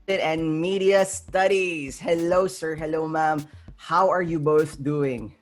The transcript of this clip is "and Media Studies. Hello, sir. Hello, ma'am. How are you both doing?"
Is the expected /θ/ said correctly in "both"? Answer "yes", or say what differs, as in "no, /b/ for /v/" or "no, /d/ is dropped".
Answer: yes